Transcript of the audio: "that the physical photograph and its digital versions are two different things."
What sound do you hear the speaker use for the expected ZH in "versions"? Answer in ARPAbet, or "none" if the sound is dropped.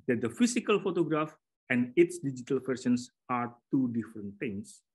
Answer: S